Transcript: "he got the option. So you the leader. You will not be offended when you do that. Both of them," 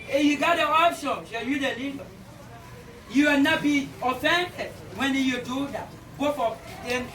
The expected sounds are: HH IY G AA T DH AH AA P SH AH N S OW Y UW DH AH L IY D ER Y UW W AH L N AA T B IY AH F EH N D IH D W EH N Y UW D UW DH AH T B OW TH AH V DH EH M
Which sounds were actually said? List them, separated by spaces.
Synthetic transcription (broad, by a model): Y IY G AA T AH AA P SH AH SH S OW Y UW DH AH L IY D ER Y UW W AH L N AA T B IY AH F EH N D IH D W EH N Y UW D UW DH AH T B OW F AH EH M